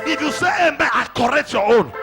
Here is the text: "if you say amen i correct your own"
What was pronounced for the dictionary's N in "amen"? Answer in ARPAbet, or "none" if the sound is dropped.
none